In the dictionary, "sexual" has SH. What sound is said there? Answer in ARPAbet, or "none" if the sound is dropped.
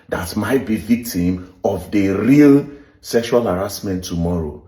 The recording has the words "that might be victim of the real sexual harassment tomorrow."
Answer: SH